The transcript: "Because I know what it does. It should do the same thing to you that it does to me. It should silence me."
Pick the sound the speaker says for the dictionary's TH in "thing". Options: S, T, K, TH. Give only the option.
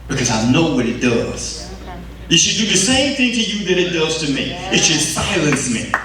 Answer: TH